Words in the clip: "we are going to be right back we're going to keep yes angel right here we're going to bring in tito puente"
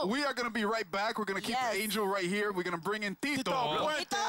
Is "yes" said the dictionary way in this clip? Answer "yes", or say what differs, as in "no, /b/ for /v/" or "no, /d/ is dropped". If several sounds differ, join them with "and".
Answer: no, /s/ is dropped